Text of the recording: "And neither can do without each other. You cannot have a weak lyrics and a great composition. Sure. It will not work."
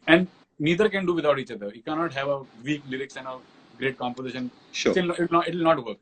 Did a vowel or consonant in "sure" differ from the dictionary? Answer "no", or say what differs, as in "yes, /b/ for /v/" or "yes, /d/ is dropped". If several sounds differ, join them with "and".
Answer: yes, /l/ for /ɹ/